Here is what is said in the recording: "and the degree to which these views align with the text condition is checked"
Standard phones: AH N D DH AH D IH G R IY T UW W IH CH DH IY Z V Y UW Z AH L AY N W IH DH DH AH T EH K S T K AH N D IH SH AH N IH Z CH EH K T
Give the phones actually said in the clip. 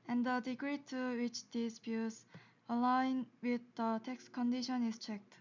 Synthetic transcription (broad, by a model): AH N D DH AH D IH G R IY T UW W IH CH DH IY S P Y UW S AH L AY N W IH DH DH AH T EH K S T K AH N D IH SH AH N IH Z CH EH K T